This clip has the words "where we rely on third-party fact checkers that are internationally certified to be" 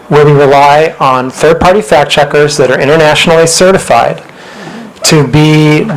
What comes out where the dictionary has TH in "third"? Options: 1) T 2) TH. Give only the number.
2